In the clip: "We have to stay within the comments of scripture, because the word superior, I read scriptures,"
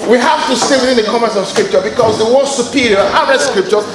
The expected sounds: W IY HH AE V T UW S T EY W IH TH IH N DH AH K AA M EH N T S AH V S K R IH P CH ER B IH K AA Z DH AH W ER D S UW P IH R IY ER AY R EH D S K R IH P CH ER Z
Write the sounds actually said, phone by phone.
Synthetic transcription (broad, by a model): W IY HH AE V T UW S T EY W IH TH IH N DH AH K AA M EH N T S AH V S K R IH P CH ER B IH K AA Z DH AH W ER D S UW P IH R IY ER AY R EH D S K R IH P CH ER